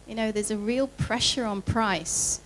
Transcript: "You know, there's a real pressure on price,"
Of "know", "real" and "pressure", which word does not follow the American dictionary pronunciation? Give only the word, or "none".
none